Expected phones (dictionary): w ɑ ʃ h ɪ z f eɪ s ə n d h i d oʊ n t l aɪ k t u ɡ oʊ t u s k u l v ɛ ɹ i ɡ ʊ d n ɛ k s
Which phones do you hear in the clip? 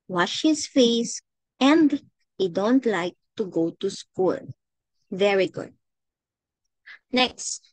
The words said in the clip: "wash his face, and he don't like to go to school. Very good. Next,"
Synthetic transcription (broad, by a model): w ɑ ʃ h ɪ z f eɪ s ə n d h i d oʊ n t l aɪ k t u ɡ oʊ t u s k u n v ɛ ɹ i ɡ ʊ d n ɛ k s